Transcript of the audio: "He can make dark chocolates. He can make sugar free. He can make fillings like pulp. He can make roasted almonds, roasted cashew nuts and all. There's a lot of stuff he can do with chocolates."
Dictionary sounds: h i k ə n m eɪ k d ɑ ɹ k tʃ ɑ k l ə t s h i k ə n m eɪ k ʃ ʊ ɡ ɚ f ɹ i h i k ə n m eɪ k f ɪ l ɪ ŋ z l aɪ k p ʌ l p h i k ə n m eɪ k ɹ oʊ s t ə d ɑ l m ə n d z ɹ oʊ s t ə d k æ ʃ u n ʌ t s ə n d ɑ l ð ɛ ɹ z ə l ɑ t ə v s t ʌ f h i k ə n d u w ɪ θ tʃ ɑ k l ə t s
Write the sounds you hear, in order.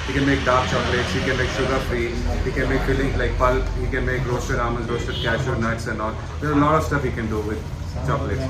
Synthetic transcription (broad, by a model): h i k ə n m eɪ k d ɑ ɹ k tʃ ɑ k l ə t s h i k ə n m eɪ k s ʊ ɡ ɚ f ɹ i h i k ə n m eɪ k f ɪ l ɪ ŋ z l aɪ k p ʌ l p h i k ə n m eɪ k ɹ oʊ s t ə d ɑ m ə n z ɹ oʊ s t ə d k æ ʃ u n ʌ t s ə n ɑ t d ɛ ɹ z ə l ɑ t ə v s t ʌ f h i k ə n d u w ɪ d tʃ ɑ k l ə t s